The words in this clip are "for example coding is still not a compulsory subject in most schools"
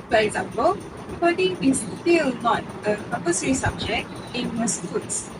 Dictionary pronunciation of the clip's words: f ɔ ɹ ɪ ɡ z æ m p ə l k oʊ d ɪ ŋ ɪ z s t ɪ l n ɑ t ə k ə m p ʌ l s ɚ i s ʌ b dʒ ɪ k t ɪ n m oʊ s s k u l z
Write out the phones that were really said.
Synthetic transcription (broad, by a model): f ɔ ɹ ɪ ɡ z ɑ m p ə l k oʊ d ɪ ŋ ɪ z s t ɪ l n ɑ t ə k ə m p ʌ s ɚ i s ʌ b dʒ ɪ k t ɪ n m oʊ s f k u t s